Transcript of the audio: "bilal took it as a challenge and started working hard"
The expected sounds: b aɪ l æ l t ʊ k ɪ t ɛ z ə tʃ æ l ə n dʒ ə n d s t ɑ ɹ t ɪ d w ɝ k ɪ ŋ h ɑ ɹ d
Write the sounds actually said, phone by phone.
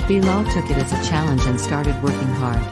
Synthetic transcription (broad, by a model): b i l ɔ t ʊ k ɪ t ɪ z ə tʃ æ l ə n dʒ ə n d s t ɑ ɹ t ɪ d w ɝ k ɪ ŋ h ɑ ɹ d